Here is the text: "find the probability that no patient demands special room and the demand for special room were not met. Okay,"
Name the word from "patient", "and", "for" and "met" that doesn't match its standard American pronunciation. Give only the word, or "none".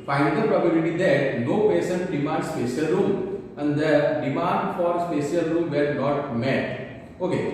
patient